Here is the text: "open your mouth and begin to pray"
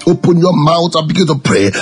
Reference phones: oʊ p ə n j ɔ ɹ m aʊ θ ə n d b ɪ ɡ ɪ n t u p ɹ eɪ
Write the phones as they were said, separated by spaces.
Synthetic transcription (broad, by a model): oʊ p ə n j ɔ m aʊ t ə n b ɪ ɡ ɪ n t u p ɹ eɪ